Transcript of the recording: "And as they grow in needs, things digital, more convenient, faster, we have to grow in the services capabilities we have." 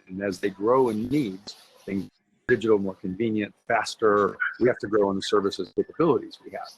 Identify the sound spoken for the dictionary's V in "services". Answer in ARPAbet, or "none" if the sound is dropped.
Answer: V